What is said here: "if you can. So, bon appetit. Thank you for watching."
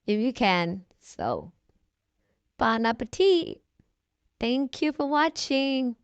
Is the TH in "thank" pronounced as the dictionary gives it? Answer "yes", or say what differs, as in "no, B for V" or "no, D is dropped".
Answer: yes